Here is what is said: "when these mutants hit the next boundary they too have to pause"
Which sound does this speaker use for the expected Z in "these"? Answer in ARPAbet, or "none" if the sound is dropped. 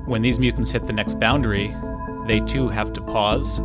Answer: Z